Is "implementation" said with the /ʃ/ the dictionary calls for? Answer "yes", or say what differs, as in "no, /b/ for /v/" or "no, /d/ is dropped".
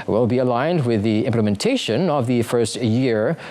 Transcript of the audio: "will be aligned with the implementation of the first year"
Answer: yes